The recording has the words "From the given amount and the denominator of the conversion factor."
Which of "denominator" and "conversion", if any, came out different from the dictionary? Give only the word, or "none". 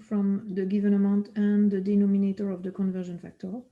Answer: none